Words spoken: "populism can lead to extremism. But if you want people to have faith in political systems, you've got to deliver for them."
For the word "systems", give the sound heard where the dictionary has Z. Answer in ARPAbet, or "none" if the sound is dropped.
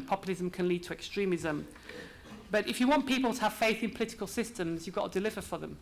Z